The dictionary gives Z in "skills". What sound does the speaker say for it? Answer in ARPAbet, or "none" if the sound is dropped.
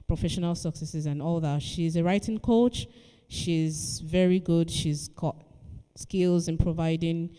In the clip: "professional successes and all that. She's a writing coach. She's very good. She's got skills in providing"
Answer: Z